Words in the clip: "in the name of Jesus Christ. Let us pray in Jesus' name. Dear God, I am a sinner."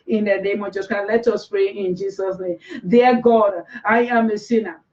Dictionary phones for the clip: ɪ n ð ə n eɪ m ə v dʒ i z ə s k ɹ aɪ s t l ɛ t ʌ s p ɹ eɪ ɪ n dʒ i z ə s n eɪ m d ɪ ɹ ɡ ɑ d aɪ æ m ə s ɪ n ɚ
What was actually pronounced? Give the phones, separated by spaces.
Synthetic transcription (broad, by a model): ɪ n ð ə n eɪ m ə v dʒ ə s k aɪ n l ɛ t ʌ s p ɹ eɪ ɪ n dʒ i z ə s n eɪ m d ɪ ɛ ɡ ɑ d aɪ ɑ m ə s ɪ n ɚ